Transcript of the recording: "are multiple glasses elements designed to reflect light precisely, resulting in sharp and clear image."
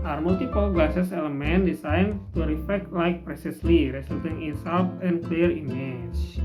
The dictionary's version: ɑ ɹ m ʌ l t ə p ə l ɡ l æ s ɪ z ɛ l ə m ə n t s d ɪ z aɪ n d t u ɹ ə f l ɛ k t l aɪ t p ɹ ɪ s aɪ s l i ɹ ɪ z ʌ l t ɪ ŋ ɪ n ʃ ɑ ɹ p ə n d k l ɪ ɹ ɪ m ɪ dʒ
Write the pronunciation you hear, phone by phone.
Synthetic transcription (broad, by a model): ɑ ɹ m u l t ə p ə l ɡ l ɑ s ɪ s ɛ l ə m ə n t d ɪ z aɪ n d t u ɹ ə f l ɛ k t l aɪ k p ɹ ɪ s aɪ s l i ɹ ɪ s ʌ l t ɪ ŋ ɪ n s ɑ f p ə n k l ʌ ɹ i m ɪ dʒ